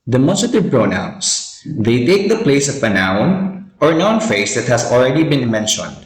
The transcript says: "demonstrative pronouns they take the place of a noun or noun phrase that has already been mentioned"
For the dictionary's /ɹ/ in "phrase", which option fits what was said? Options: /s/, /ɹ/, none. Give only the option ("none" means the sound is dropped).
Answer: none